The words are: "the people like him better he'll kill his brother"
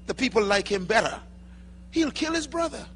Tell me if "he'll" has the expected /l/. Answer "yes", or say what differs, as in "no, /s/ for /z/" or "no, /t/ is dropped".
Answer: yes